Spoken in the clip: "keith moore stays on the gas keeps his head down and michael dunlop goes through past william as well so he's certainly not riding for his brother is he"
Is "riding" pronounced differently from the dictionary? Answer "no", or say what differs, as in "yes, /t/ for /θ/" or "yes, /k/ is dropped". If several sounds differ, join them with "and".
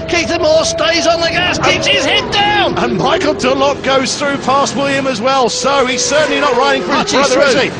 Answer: no